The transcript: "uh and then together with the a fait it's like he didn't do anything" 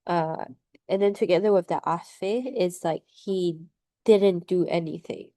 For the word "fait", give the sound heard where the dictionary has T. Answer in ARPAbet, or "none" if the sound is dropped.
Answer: none